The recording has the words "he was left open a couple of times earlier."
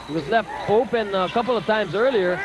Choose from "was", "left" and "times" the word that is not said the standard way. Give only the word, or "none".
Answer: none